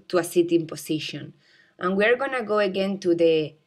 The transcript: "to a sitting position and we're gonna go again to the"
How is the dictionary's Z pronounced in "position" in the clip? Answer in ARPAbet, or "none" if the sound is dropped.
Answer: S